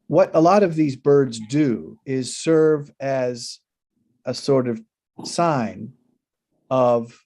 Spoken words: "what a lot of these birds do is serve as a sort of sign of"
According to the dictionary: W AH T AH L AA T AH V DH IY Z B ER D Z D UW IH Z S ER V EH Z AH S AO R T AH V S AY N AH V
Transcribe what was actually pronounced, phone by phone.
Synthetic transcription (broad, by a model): W AH T AH L AA T AH V DH IY Z B ER D Z D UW IH Z S ER V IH Z AH S AO R T AH V S AY N AH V